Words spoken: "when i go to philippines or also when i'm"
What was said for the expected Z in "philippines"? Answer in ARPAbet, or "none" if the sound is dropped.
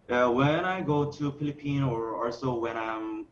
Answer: none